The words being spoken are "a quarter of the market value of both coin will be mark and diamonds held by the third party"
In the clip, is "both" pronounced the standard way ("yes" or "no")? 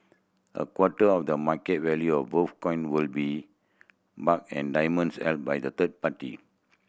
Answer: no